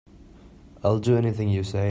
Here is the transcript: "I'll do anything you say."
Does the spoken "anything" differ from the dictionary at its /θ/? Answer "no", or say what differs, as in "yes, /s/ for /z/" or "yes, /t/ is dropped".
no